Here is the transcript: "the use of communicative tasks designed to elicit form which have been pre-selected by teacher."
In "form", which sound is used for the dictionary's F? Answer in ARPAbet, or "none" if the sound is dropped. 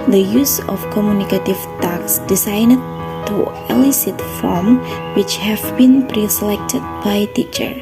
F